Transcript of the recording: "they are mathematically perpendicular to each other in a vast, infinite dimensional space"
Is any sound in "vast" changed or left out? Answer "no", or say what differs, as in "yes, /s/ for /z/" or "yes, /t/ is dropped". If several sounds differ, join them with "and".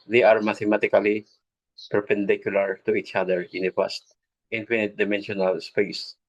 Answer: yes, /p/ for /v/